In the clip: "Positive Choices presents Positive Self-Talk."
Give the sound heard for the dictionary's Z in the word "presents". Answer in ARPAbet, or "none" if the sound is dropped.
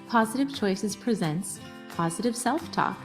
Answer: Z